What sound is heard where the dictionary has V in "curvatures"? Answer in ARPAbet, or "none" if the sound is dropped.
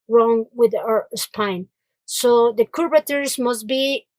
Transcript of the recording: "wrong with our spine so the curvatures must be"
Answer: B